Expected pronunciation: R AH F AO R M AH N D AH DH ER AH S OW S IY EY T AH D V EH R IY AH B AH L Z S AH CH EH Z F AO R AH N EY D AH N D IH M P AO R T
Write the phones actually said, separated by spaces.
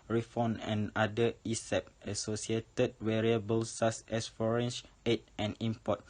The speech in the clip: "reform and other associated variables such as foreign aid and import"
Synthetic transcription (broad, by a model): R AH F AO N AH N D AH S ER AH S OW S IY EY T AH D W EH R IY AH B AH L S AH S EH S F AO R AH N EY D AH N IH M P AO T